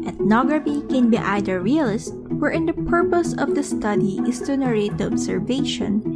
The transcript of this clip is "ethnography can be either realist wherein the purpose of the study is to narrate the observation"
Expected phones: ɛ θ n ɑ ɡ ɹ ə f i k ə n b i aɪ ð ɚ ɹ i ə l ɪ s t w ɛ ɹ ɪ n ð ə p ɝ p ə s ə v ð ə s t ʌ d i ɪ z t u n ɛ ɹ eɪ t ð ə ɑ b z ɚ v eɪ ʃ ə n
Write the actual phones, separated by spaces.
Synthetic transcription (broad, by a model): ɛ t n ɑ ɡ ɹ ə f i k ə n b i aɪ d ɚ ɹ i ə l ɪ s t w ɛ ɹ ɪ n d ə p ɝ p ə s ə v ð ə s t ʌ d i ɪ s t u n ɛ ɹ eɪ t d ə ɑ b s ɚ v eɪ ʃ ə n